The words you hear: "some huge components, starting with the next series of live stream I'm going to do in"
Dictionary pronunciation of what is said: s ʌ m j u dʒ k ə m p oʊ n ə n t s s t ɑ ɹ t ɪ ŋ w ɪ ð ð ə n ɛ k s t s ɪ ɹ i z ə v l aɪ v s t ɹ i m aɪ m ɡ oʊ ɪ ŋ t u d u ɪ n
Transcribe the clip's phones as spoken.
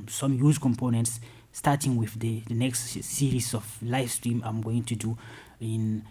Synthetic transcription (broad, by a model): s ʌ m j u z k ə m p oʊ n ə n t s s t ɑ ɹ t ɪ ŋ w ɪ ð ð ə n ɛ k s t s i ɹ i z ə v l aɪ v s t ɹ i m aɪ m ɡ oʊ ɪ ŋ t u d u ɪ n